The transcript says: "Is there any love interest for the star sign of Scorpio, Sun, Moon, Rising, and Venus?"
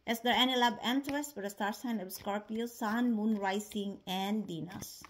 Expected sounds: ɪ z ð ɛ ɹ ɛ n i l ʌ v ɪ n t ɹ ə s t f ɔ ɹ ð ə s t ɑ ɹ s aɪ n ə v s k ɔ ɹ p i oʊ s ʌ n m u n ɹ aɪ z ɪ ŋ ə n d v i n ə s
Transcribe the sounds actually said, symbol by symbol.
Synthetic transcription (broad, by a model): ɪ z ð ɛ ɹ ɛ n i l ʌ b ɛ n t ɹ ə s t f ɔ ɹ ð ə s t ɑ ɹ s aɪ n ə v s k ɔ ɹ p i oʊ s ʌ n m u n ɹ aɪ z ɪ ŋ ə n d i n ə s